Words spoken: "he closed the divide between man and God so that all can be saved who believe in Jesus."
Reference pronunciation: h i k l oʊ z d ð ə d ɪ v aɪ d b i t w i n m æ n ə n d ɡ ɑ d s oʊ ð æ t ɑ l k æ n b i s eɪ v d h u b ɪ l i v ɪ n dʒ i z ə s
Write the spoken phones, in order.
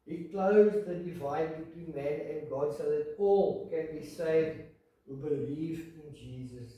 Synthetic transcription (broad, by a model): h i k l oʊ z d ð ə d ɪ v aɪ d b i t w i n m æ n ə n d ɡ ɑ d s oʊ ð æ t ɑ l k æ n b i s eɪ v d h u b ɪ l i v ɪ n dʒ i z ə s